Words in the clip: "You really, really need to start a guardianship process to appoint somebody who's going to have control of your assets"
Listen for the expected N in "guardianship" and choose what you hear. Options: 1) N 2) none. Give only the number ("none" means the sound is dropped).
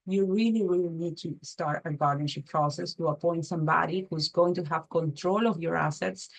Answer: 2